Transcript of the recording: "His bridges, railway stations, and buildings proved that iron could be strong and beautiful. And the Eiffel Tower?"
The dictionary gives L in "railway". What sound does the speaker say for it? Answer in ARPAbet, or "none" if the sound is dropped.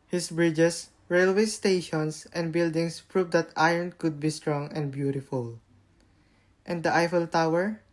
L